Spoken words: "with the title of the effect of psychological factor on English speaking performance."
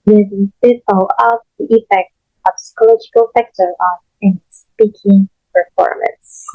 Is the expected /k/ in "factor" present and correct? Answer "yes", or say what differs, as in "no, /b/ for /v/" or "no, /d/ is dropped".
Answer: yes